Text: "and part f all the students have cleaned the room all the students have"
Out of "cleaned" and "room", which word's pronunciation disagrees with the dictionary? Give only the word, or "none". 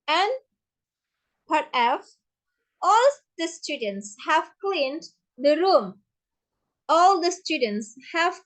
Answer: none